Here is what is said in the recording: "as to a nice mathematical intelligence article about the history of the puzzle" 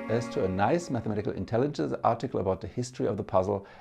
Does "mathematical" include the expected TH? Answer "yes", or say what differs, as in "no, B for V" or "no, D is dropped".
yes